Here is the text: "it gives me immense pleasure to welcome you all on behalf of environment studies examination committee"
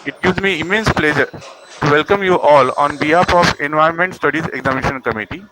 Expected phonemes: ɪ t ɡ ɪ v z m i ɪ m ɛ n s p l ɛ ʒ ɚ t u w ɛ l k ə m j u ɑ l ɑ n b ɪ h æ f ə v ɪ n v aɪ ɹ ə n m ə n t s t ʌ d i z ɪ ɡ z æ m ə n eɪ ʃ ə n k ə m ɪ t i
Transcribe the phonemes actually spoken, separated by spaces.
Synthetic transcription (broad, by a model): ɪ t ɡ ɪ v z m i ɪ m ɛ n s p l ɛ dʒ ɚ t u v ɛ l k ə m j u ɑ l ɑ n b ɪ h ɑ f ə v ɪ n v aɪ ə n m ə n t s t ʌ d i z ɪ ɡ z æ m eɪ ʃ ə n k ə m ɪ t i